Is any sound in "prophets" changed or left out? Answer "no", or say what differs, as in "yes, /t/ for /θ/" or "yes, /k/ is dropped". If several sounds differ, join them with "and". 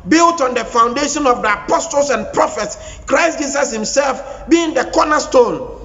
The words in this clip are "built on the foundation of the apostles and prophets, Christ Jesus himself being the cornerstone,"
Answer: no